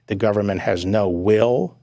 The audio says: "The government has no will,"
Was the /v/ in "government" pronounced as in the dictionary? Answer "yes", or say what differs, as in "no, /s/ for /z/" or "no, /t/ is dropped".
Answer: yes